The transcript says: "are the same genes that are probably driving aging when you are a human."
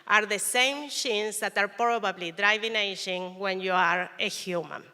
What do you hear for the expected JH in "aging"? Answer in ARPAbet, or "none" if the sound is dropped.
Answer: SH